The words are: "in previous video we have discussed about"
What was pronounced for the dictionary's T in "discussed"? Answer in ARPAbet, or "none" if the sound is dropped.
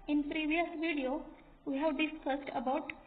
T